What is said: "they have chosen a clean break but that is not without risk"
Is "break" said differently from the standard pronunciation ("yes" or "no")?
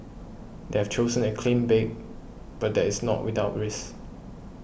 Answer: yes